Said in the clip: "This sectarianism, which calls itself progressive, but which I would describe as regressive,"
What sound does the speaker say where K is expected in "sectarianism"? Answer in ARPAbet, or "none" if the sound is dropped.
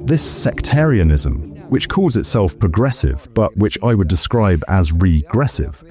K